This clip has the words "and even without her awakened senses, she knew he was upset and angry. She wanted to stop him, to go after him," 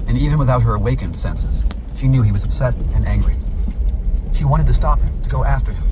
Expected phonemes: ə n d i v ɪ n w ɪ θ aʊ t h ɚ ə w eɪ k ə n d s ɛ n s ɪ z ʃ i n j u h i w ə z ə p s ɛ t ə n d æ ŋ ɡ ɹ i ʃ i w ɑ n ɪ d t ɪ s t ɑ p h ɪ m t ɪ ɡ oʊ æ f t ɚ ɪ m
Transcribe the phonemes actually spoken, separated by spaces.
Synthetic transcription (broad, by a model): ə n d i v ɪ n w ɪ θ aʊ t h ɚ ə w eɪ k ə n d s ɛ n s ɪ z ʃ i n j u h i w ə z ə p s ɛ t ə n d æ ŋ ɡ ɹ i ʃ i w ɑ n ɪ d t ɪ s t ɑ p h ɪ m t ɪ ɡ oʊ æ f t ɚ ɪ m